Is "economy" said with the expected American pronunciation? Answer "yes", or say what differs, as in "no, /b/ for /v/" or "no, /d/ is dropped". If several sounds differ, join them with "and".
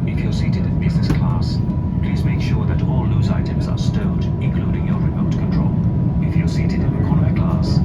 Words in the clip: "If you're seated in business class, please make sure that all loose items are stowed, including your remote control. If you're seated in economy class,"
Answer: no, /m/ is dropped